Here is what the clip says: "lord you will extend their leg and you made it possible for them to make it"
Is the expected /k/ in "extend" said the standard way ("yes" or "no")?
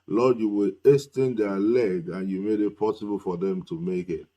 no